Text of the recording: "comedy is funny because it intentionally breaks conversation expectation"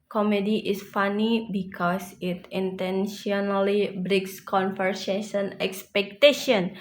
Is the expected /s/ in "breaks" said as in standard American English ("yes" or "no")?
yes